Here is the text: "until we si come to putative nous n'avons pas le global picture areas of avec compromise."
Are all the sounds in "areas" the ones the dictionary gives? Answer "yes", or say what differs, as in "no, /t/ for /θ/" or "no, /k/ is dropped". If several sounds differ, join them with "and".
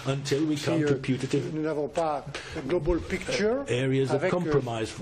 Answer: yes